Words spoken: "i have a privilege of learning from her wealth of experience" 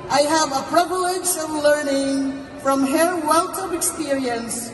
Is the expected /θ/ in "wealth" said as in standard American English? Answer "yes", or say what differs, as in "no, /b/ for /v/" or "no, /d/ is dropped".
no, /t/ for /θ/